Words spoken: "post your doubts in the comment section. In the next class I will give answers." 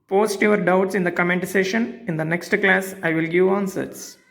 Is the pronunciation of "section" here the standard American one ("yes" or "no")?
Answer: no